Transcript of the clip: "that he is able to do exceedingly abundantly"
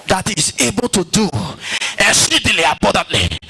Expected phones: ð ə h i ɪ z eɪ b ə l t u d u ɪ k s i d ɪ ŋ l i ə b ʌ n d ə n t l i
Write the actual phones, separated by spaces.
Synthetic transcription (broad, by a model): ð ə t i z eɪ b ə l t u d u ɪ s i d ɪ l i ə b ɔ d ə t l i